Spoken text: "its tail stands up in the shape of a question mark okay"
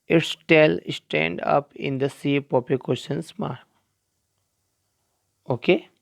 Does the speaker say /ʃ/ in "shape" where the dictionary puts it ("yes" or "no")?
no